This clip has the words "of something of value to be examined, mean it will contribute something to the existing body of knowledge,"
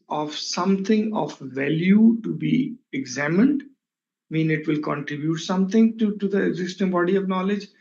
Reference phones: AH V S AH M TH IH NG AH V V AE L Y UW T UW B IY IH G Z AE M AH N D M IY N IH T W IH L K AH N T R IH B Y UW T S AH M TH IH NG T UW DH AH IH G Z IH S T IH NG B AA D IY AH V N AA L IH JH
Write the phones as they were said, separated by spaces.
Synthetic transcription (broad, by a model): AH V S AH M T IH NG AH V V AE L Y UW T UW B IY IH G Z AE M AH N D M IY N IH T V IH L K AH N T R IH B Y UW T S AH M T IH NG T UW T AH IH G Z IH S T IH NG B AA D IY AH V N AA L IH JH